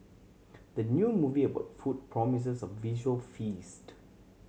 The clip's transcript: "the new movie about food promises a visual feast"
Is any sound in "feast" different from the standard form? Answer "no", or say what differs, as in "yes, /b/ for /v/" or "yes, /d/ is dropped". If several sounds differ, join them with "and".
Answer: no